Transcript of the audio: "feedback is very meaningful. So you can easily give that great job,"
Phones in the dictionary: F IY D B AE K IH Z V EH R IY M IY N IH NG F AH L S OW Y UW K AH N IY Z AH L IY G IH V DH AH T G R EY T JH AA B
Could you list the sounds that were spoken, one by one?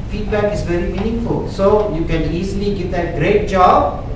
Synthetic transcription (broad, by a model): F IY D B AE K IH Z V EH R IY M IY N IH NG F AH L S OW Y UW K AH N IY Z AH L IY G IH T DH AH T G R EY T JH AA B